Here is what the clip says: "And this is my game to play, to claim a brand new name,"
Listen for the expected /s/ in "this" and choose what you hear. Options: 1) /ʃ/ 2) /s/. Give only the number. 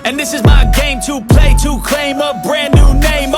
2